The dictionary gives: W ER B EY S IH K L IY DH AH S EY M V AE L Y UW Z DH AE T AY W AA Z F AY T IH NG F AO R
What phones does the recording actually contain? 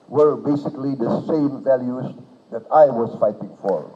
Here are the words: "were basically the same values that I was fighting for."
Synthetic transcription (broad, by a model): W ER B EY S IH K L IY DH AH S EY M V AE L Y UW Z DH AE T AY W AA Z F AY T IH NG F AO R